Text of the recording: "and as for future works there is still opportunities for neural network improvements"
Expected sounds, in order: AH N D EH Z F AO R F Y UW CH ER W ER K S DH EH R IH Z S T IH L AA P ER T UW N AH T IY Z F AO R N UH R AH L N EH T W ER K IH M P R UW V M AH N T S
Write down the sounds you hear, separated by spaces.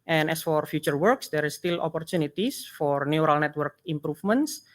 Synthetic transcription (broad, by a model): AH N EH S F AO R F Y UW CH ER W ER K S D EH R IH S T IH L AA P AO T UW N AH T IY S F AO R N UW R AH L N EH T W ER K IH M P R UW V M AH N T S